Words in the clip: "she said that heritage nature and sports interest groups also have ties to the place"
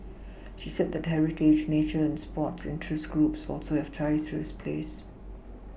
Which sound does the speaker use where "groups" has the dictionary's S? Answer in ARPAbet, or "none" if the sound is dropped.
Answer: S